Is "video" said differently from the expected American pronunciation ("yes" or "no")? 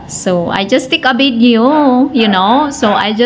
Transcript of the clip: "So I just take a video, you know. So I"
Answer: yes